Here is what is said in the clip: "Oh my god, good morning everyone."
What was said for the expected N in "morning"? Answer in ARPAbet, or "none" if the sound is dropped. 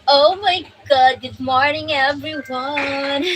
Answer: N